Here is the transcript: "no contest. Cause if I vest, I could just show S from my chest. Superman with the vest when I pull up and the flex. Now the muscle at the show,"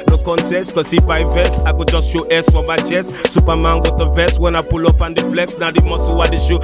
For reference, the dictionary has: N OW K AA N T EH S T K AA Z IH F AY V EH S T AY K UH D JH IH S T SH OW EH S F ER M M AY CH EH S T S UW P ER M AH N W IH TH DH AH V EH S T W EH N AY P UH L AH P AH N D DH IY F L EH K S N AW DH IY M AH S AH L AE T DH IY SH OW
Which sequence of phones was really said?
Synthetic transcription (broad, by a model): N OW K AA N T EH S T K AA S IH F AY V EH S AY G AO JH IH S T SH OW EH S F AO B AY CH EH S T S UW P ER M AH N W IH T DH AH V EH S W EH N AY P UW L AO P AH N D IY F L EH K S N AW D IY M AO S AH W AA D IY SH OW